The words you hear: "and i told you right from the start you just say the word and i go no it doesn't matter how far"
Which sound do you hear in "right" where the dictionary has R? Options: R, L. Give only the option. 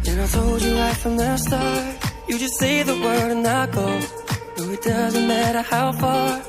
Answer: L